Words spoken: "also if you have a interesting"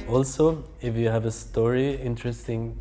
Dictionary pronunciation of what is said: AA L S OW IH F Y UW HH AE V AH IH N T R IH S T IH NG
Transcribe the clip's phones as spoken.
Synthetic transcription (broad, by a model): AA L S OW IH F Y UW HH AE V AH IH N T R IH S T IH NG